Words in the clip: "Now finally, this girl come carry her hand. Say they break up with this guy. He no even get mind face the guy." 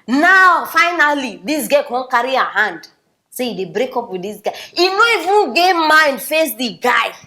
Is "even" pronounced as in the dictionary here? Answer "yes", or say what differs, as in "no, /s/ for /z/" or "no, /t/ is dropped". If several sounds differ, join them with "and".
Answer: no, /f/ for /v/